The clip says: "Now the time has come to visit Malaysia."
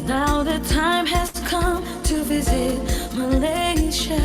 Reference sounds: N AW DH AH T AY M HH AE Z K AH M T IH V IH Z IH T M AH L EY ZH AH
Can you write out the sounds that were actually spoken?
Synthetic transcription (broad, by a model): N AW DH AH T AY M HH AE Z K AH M T IH V IH Z IH T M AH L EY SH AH